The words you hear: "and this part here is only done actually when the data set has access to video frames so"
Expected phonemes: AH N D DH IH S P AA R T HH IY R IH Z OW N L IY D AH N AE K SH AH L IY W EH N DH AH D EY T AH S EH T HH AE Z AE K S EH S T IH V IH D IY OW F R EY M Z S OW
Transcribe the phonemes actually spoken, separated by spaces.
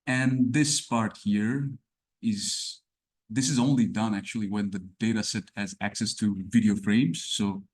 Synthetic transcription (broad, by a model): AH N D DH IH S P AA R T HH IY R IH Z OW N L IY D AH N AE K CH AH L IY W EH N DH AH D EY T AH S EH T HH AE Z AE K S EH S T IH V IH D IY OW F R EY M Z S OW